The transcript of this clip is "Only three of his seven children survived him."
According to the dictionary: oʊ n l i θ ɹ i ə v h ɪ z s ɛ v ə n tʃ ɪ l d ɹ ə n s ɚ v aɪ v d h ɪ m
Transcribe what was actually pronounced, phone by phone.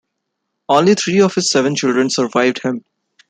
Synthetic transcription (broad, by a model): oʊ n l i t ɹ i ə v h ɪ z s ɛ v ə n tʃ ɪ l d ɹ ə n s ɚ v aɪ v d h ɪ m